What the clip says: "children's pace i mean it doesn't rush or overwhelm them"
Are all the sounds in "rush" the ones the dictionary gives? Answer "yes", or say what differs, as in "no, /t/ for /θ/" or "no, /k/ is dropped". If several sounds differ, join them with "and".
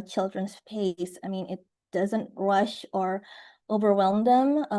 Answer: yes